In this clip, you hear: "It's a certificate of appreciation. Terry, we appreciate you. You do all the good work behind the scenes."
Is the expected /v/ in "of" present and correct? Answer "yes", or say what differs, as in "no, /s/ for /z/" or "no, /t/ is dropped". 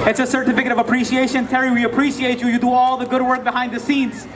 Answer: yes